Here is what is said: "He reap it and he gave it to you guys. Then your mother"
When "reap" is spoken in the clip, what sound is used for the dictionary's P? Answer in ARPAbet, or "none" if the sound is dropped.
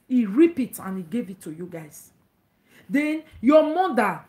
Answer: P